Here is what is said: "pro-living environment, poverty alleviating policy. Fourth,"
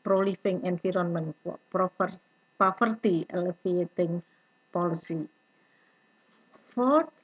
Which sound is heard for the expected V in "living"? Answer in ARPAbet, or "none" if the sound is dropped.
F